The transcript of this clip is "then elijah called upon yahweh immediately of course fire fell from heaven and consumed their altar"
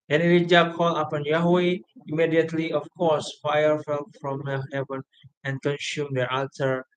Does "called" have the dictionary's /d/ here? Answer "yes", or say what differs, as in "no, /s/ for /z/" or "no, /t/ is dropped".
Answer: no, /d/ is dropped